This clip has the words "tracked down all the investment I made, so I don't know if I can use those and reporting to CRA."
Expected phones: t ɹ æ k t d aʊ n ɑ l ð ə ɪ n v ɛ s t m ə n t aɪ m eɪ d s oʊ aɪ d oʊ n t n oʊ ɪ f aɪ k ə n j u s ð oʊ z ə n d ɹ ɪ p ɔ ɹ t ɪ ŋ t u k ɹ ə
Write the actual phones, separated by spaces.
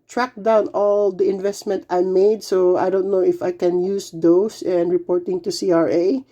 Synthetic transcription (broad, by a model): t ɹ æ k d aʊ n ɑ l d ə ɪ n v ɛ s t m ə n t aɪ m eɪ d s oʊ aɪ d oʊ n t n oʊ ɪ f aɪ k ə n j u s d oʊ s ə n d ɹ ɪ p ɔ ɹ t ɪ ŋ t u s ɹ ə